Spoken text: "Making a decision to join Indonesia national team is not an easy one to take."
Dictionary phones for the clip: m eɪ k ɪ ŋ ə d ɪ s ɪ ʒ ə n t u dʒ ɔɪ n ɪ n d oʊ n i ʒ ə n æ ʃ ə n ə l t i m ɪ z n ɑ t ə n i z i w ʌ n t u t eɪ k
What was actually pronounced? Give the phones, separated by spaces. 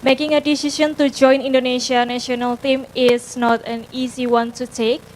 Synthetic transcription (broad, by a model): m eɪ k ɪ ŋ ə d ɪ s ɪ ʃ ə n t u dʒ ɔɪ n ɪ n d oʊ n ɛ ʃ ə n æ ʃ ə n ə l t i m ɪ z n ɑ t ə n i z i w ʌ n t u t eɪ k